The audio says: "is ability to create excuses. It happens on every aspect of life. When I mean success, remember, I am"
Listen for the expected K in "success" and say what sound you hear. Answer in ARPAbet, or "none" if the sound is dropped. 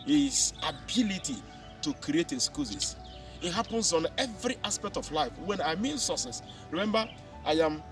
none